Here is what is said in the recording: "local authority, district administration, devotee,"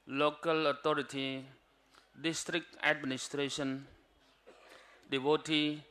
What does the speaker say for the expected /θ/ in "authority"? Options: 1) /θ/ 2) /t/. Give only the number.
2